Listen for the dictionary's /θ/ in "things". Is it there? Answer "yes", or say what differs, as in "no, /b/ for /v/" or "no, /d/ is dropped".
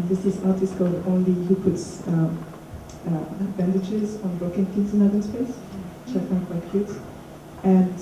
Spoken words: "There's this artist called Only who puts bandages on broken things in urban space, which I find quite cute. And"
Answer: no, /f/ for /θ/